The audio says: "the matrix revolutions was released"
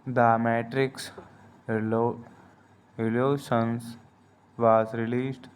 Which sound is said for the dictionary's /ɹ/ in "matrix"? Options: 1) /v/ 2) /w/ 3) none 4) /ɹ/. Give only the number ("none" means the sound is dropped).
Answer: 4